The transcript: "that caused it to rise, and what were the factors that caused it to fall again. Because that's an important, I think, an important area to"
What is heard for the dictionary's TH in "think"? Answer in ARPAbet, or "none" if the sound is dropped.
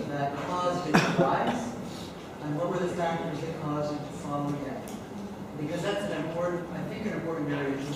TH